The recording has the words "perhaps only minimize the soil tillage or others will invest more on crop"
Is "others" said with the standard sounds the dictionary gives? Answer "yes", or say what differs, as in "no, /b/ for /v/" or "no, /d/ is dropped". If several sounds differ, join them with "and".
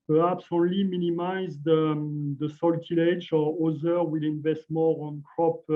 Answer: no, /z/ is dropped